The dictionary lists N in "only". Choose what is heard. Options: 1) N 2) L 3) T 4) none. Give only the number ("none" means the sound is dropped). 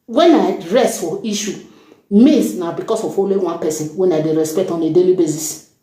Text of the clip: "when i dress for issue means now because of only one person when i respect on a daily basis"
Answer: 4